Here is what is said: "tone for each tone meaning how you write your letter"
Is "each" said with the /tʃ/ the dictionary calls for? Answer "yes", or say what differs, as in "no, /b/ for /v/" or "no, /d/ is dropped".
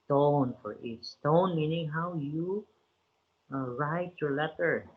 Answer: no, /s/ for /tʃ/